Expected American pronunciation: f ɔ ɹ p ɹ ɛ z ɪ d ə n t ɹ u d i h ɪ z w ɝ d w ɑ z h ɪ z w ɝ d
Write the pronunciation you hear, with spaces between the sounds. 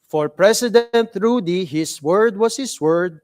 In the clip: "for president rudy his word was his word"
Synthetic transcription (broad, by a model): f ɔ ɹ p ɹ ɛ s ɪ d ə n t ɹ u d i h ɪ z w ɝ d w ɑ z h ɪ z w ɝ d